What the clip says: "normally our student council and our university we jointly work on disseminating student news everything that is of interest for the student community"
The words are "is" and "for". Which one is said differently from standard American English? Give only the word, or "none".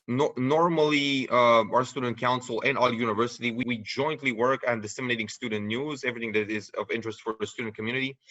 none